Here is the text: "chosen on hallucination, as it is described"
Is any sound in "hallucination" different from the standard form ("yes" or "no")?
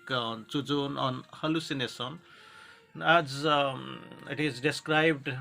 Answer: yes